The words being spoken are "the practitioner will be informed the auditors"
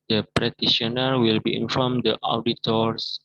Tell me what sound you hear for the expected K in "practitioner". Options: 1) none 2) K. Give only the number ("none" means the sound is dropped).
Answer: 1